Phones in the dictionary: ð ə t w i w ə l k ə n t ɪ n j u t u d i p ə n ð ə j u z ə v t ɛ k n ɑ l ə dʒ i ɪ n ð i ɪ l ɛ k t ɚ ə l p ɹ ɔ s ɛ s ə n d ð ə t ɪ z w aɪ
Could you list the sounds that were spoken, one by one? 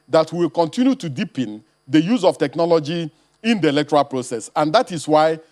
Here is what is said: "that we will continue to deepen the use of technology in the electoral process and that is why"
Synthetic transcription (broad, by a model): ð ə t w i w ə l k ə n t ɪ n j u t u d i p ə n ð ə j u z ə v t ɛ k n ɑ l ə dʒ i ɪ n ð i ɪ l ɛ k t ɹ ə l p ɹ ɔ s ɛ s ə n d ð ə t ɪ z w aɪ